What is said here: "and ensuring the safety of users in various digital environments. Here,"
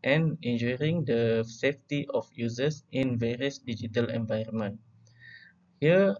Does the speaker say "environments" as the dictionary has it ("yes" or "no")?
no